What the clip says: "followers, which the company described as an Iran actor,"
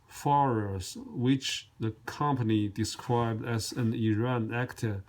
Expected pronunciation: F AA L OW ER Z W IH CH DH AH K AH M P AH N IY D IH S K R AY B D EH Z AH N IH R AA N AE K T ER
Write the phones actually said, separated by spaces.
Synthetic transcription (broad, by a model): F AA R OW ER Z W IH CH DH AH K AH M P AH N IY D IH S K R AY B D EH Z AH N IH R AA N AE K T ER